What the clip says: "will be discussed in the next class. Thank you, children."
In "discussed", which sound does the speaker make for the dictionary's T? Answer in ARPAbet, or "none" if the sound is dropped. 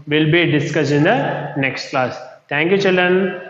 none